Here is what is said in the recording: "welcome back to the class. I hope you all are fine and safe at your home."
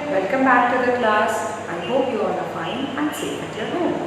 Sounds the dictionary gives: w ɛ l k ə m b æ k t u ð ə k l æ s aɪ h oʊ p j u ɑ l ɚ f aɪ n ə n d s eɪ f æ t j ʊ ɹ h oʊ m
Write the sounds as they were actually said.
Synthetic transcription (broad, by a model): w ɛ l k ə m b æ k t u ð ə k l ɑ s aɪ h oʊ p j u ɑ n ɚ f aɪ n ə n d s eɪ ɛ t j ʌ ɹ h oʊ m